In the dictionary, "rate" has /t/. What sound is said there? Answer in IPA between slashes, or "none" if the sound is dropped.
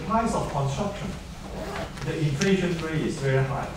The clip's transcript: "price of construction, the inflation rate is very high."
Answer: none